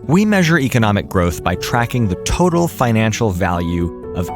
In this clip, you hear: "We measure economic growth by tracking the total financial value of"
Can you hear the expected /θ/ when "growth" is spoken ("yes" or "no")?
yes